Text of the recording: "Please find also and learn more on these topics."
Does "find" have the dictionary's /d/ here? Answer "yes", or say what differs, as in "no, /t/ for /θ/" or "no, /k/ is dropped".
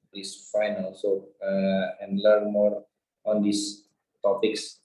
no, /d/ is dropped